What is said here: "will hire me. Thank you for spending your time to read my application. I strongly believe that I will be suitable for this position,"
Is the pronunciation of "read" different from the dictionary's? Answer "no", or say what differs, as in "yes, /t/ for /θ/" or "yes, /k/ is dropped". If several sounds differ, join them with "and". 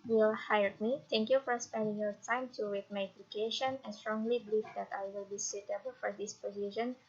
yes, /w/ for /ɹ/